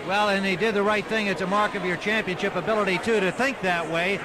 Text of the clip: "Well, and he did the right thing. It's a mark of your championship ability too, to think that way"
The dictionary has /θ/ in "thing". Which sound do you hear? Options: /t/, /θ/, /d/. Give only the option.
/θ/